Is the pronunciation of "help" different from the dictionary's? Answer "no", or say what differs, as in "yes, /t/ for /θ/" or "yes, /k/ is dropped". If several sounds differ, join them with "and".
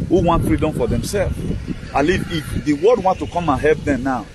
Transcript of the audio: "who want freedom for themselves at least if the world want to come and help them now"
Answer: yes, /l/ is dropped